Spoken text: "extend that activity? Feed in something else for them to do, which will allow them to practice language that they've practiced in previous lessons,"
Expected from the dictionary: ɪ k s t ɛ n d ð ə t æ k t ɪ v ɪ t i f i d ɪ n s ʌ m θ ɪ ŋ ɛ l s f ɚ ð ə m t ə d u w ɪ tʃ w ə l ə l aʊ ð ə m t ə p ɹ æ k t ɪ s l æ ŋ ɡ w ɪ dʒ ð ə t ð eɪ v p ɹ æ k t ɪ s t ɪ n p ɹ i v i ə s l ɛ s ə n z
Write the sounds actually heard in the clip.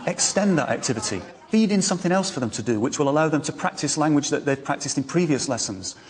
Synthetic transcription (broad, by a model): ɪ k s t ɛ n ð ə t æ k t ɪ v ɪ t i f i d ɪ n s ʌ m θ ɪ ŋ ɛ l s f ɚ ð ə m t ə d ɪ w ɪ tʃ w ə l ə l aʊ ð ə m t ə p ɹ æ k t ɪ s l æ ŋ ɡ w ɪ dʒ ð ə t ð eɪ v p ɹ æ k t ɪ s t ɪ n p ɹ i v i ə s l ɛ s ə n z